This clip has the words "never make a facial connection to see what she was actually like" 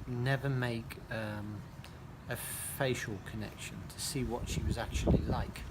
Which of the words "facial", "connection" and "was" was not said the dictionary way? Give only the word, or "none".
none